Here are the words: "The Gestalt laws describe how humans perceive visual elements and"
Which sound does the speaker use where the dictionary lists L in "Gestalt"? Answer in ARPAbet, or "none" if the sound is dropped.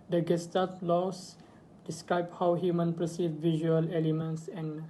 none